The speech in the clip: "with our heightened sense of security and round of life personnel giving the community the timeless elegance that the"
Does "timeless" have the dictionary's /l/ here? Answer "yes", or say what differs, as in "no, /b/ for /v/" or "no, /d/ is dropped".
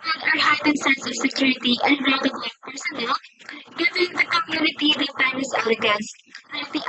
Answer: no, /l/ is dropped